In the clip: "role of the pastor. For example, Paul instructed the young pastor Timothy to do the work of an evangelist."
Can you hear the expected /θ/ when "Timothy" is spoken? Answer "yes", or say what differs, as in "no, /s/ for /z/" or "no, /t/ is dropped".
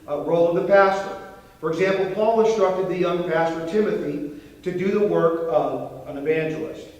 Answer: yes